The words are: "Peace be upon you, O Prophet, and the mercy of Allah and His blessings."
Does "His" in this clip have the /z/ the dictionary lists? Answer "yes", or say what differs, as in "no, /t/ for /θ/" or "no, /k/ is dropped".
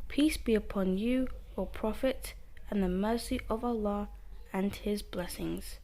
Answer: yes